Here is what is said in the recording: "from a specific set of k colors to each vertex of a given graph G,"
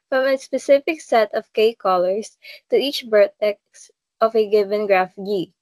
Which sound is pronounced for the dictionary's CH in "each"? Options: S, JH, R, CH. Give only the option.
CH